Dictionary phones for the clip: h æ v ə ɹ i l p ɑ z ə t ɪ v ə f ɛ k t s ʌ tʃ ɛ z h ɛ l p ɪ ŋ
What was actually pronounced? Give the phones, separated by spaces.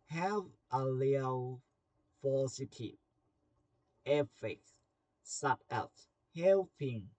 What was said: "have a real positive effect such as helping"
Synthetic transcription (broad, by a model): h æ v ə l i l f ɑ s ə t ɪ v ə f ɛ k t s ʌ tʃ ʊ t h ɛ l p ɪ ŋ